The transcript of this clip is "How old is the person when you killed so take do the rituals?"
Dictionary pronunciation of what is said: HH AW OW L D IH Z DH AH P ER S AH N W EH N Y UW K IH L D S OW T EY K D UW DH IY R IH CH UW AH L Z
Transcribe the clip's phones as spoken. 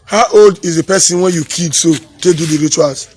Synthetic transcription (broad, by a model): HH AW OW L D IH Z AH P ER S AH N W EH N Y UW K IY D S OW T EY D UW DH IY R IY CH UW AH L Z